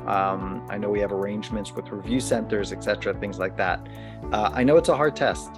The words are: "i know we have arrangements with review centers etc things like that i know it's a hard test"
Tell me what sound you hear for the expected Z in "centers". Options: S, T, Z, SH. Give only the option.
Z